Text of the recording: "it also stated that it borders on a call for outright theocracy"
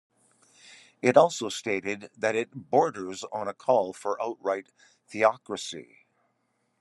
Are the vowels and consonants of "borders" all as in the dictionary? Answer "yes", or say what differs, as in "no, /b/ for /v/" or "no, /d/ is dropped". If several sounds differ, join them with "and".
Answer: yes